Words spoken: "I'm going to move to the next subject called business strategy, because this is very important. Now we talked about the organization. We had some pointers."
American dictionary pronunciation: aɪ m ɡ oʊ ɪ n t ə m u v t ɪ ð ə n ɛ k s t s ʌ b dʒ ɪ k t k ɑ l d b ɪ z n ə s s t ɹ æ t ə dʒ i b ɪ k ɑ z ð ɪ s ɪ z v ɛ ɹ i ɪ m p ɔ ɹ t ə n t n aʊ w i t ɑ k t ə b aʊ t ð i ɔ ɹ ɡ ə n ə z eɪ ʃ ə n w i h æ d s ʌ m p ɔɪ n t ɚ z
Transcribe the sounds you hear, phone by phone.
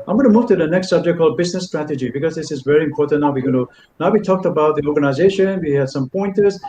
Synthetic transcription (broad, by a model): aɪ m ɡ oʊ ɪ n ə m u v t ɪ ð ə n ɛ k s t s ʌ b dʒ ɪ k k ɑ l d b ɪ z n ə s s t ɹ æ t ə dʒ i b ɪ k ɑ z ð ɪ s ɪ z v ɛ ɹ i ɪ m p ɔ ɹ t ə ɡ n n aʊ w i t ɑ k t ə b aʊ t ð i ɔ ɹ ɡ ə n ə z eɪ ʃ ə n w i h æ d s ʌ m p ɔɪ n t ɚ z